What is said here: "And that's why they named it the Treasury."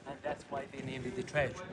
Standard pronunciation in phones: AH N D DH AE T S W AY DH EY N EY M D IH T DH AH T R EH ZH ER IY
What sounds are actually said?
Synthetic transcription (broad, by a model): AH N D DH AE T S W AY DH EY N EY D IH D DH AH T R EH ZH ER